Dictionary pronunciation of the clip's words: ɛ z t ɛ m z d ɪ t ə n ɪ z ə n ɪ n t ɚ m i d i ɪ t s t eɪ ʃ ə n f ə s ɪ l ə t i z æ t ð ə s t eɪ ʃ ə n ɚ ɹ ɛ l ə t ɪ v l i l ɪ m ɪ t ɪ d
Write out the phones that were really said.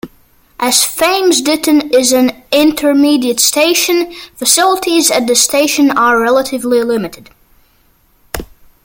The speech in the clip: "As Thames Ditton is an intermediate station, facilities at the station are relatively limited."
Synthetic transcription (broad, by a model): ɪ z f ɛ m z d ɪ t ə n ɪ z ə n ɪ n t ɚ m i d i ɪ t s t eɪ ʃ ə n f ə s ɪ l ə t i z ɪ t ð ə s t eɪ ʃ ə n ɚ ɹ ɛ l ə t ɪ v l i l ɪ m ɪ t ɪ d